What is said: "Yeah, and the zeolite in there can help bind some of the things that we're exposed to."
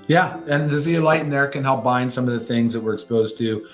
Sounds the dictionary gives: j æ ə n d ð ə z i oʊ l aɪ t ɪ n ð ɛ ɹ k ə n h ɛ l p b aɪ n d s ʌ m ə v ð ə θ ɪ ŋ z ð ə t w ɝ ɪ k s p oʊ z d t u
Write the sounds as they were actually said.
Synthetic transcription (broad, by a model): j æ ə n ð ə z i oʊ l aɪ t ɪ n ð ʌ ɹ k ə n h ɛ l p b aɪ n d s ʌ m ə v ð ə θ ɪ ŋ z ð ə t w ɝ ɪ k s p oʊ z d t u